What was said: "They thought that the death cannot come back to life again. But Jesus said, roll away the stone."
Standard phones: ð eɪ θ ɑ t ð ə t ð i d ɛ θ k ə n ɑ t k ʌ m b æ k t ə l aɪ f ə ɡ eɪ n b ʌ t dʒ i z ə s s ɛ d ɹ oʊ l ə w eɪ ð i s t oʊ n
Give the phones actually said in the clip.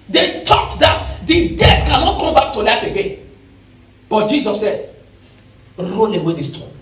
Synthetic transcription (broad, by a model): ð eɪ t ɑ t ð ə t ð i d ɛ t k ə n ɑ t k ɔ m b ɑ k t ə l aɪ f ə ɡ eɪ n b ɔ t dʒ i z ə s s ɛ d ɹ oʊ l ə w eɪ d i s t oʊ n